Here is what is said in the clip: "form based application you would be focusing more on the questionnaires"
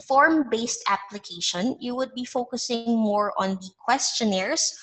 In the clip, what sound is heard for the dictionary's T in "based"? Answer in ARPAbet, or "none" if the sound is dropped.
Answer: T